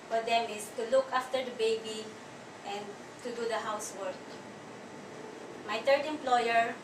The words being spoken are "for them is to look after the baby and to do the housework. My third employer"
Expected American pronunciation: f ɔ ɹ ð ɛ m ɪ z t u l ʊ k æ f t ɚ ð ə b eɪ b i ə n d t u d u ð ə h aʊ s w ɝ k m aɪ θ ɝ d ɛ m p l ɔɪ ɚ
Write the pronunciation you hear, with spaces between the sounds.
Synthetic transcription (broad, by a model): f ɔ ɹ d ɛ m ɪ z t u l ʊ k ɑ f t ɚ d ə b eɪ b i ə n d t u d u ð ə h aʊ s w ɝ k m aɪ t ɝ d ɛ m p l ɔɪ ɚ